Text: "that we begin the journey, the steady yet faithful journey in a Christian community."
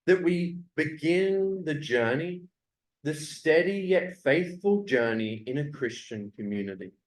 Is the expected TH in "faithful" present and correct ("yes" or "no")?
yes